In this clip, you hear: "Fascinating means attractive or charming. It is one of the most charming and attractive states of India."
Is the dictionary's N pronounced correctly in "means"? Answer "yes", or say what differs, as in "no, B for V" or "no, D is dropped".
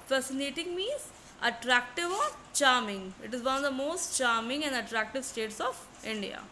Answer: no, N is dropped